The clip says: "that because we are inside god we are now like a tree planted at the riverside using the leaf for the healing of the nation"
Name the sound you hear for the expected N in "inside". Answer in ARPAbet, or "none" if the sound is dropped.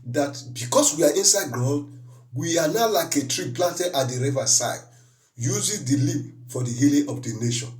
N